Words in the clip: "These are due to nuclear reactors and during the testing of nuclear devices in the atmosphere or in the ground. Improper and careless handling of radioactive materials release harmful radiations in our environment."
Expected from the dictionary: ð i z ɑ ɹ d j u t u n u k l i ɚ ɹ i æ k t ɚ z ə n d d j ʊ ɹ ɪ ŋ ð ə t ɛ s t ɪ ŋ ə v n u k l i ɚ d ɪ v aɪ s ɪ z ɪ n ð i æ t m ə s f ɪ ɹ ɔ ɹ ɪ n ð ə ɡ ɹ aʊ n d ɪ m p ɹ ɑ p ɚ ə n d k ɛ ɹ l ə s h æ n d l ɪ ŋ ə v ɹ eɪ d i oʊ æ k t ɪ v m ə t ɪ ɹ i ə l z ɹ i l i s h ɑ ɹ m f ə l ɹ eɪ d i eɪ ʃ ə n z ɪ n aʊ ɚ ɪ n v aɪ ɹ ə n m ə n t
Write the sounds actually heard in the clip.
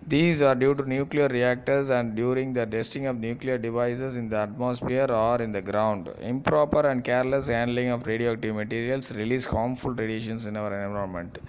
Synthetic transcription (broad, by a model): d i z ɑ ɹ d j u t u n u k l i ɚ ɹ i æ k t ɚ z ə n d d j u ɹ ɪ ŋ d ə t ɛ s t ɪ ŋ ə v n u k l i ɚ d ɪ v aɪ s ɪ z ɪ n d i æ t m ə s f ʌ ɹ ɔ ɹ ɪ n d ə ɡ ɹ aʊ n d ɪ m p ɹ ɑ p ɚ ə n d k ɛ ɹ l ə s h æ n d l ɪ ŋ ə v ɹ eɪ d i oʊ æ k t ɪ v m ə t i ɹ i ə l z ɹ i l i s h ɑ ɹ m f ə l ɹ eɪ d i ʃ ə n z ɪ n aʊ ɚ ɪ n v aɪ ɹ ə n m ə n t